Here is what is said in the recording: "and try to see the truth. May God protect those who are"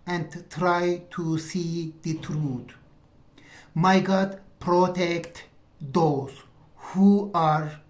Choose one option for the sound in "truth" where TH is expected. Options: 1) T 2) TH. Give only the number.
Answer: 1